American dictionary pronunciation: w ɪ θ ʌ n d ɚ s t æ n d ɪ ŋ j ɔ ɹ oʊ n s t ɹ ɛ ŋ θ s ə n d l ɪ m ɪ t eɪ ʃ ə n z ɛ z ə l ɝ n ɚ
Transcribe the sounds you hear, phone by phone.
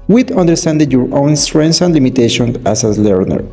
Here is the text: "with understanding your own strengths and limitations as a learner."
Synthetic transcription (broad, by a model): w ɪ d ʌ n d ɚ s t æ n d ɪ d j ɔ ɹ oʊ n s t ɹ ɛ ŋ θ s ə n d l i m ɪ t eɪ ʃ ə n ɑ s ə l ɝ n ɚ